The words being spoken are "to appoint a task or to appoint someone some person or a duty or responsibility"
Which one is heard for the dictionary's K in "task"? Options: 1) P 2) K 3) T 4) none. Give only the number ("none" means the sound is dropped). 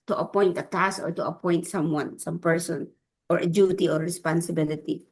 4